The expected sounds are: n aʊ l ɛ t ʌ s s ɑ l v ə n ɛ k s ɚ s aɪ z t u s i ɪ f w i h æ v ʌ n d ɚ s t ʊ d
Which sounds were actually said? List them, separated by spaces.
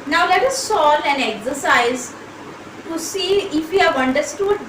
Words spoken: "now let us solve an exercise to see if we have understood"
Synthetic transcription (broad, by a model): n aʊ l ɛ t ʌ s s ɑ l ə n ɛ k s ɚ s aɪ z t u s i ɪ f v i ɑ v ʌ n d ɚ s t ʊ d